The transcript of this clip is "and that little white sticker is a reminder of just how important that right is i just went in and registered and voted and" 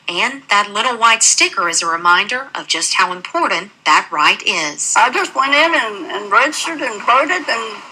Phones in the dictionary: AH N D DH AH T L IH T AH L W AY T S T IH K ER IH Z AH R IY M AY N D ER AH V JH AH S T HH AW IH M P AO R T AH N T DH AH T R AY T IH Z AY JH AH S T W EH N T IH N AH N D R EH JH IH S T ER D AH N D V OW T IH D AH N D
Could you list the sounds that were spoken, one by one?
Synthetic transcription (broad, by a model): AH N DH AH T L IH T L W AY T S T IH K ER IH Z AH R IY M AY N D ER AH V JH AH S T HH AW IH M P AO R T N DH AH T R AY T IH Z AY JH AH S T W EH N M IH N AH N R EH CH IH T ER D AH N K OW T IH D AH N